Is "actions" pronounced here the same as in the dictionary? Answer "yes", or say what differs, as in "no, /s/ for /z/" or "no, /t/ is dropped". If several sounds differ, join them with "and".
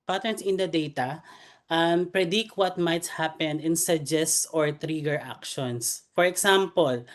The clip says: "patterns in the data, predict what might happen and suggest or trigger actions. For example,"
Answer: no, /s/ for /z/